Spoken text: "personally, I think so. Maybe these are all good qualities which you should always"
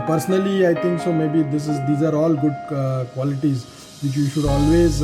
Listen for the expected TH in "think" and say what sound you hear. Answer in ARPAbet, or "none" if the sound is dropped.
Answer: T